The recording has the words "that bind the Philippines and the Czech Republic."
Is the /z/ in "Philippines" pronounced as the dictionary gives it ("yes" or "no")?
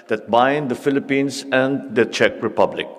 no